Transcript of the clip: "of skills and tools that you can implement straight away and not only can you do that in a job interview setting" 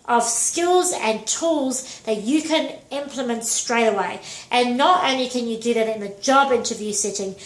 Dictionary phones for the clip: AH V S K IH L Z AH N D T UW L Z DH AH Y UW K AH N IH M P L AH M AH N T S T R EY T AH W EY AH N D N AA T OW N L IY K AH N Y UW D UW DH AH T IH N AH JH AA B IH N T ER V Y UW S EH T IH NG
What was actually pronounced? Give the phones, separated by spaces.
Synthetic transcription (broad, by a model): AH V S K IH L Z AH N T UW L Z DH AH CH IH K AH N IH M P L AH M AH N T S T R EY T AH W EY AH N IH N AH T OW N L IY K AH N Y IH D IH DH AH T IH N AH JH AA B IH N T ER V Y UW S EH T IH NG